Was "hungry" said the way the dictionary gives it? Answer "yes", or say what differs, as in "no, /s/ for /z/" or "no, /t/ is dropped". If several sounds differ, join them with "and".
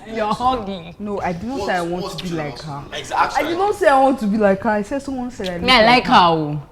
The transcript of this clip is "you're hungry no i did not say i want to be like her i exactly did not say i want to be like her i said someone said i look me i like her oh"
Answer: no, /ɹ/ is dropped